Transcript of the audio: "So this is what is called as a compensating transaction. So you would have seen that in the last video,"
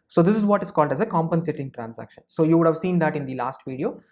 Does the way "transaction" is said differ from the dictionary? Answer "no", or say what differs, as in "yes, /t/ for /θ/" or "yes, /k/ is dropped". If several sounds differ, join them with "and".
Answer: yes, /s/ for /z/